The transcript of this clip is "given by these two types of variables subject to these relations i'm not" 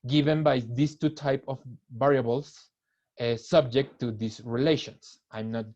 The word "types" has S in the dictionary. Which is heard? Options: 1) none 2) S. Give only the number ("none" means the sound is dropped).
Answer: 1